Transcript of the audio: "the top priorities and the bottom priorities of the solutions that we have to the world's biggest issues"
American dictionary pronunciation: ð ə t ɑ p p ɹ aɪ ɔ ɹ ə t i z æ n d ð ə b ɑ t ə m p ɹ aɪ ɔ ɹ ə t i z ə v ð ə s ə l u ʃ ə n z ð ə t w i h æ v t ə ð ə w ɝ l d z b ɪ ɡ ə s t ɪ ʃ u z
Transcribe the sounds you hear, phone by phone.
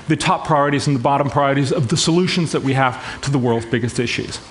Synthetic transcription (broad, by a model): ð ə t ɑ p p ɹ aɪ ɔ ɹ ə t i z n ð ə b ɑ t ə m p ɹ aɪ ɔ ɹ ə t i z ə v ð ə s ə l u ʃ ə n z ð ə t w i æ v t ə ð ə w ɝ l d z b ɪ ɡ ə s t ɪ ʃ u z